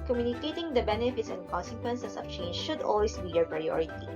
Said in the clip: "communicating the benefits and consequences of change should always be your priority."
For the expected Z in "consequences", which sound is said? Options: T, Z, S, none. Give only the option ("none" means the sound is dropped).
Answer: S